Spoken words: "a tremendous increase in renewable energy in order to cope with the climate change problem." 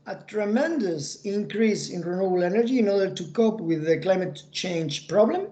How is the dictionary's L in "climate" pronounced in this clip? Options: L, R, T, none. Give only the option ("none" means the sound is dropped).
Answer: L